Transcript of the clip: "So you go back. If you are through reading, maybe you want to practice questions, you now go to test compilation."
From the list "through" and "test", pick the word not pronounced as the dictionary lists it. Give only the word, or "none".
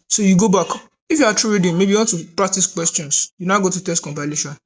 through